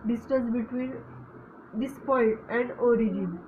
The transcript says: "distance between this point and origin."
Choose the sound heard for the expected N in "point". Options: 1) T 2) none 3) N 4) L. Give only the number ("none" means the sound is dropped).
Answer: 2